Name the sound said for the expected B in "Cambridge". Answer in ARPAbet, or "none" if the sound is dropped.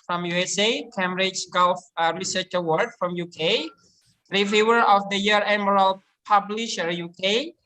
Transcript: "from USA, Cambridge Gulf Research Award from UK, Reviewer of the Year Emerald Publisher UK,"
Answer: none